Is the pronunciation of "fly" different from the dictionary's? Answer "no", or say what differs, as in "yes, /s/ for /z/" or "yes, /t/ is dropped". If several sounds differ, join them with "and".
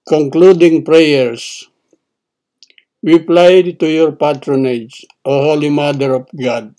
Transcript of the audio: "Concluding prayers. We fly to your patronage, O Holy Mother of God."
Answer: yes, /p/ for /f/